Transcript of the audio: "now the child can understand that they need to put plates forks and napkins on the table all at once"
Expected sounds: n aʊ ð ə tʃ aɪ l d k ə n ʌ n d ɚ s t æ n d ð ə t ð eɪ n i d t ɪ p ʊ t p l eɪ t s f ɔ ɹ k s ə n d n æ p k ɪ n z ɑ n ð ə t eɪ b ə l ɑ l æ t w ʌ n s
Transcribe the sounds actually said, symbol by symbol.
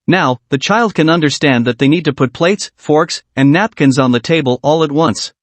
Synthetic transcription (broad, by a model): n aʊ ð ə tʃ aɪ l d k ə n ʌ n d ɚ s t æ n ð ə t ð eɪ n i d t ɪ p ʊ t p l eɪ t s f ɔ ɹ k s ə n n æ p k ɪ n z n ð ə t eɪ b ə l ɑ l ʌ t w ʌ n s